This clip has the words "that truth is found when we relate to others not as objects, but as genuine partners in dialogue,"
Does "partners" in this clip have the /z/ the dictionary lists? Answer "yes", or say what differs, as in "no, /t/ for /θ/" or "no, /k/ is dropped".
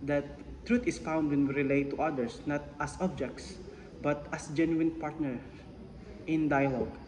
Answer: no, /z/ is dropped